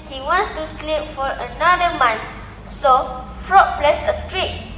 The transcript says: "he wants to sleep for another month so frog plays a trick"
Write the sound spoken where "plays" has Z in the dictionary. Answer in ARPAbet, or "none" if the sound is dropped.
S